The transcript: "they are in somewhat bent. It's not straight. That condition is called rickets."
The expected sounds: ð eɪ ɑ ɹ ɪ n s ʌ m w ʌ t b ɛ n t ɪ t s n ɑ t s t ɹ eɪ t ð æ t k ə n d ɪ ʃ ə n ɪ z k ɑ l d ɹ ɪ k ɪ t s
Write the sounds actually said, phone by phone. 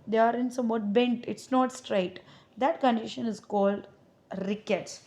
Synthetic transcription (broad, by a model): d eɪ ɑ ɹ ɪ n s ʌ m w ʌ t b ɛ n t ɪ t s n ɑ t s t ɹ eɪ t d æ t k ə n d ɪ ʃ ə n ɪ z k ɑ l d ɹ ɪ k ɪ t s